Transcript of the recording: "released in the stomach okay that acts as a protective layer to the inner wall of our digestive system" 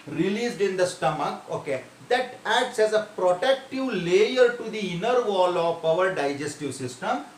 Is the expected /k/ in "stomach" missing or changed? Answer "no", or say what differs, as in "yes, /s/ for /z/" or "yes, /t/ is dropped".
no